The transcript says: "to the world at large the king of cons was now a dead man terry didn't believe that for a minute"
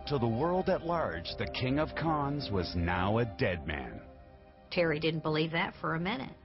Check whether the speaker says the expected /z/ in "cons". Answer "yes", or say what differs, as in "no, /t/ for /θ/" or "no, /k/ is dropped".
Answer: yes